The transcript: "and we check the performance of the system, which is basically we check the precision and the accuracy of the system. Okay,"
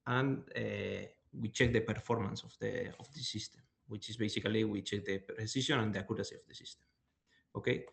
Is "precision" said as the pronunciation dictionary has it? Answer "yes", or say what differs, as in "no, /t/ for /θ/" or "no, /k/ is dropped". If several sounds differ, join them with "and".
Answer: no, /s/ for /ʒ/